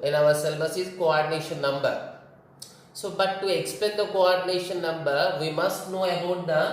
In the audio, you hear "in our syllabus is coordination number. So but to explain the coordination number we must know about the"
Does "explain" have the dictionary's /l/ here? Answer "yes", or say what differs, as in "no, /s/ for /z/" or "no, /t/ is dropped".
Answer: no, /l/ is dropped